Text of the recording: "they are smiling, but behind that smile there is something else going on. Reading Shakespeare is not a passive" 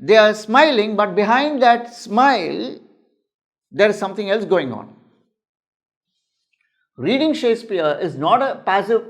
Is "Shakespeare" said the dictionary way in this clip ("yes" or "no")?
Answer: no